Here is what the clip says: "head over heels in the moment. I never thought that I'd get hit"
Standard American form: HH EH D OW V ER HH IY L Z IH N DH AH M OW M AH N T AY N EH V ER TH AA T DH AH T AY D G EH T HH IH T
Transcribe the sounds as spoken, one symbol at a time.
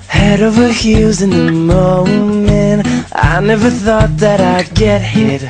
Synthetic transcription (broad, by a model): HH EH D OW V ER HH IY Z IH N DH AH M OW M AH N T AY N EH V ER TH AA T DH AH T AY G EH T HH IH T